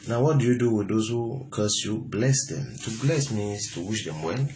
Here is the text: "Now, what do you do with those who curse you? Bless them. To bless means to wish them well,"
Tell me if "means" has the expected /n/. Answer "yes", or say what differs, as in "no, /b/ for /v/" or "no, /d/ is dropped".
no, /n/ is dropped